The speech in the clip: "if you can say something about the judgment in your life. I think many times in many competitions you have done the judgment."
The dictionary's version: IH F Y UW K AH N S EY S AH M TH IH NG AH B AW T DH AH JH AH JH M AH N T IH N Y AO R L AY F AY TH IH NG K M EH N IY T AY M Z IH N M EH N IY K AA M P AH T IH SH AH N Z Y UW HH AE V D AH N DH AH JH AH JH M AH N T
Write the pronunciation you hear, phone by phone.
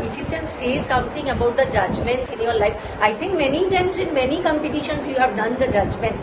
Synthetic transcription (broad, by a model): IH F Y UW K AH N S EY S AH M T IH NG AH B AW T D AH JH AH JH M AH N T IH N Y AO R L AY F AY T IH NG K M EH N IY T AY M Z IH N M EH N IY K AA M P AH T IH SH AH N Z Y UW HH AE V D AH N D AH JH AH JH M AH N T